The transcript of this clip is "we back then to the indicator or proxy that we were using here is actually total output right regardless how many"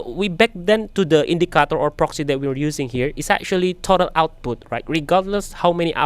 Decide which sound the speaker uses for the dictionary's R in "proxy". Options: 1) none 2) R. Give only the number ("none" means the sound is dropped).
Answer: 2